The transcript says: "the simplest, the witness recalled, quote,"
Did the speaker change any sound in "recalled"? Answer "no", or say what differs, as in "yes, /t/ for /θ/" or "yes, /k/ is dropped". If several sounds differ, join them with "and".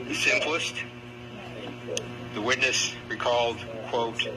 no